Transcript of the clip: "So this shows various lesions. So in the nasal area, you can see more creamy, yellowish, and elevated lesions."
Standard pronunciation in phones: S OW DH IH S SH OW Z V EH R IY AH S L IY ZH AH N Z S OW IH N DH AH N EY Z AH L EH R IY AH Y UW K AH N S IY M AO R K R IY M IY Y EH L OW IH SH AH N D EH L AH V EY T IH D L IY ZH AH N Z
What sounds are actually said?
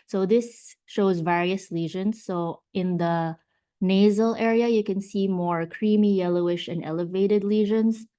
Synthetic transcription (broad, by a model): S OW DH IH S SH OW Z V EH R IY AH S L IY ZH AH N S OW IH N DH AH N EY Z AH L EH R IY AH Y UW K AH N S IY M AO R K R IY M IY Y EH L OW IH SH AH N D EH L AH V EY T IH D L IY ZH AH N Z